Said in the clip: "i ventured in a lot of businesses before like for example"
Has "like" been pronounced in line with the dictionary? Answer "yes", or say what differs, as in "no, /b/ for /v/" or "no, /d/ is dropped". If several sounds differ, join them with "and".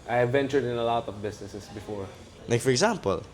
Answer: no, /n/ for /l/